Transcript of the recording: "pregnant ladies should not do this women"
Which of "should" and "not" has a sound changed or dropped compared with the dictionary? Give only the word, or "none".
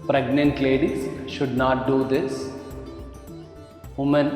none